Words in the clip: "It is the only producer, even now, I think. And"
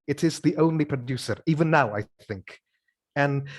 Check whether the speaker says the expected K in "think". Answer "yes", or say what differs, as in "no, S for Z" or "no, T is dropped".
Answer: yes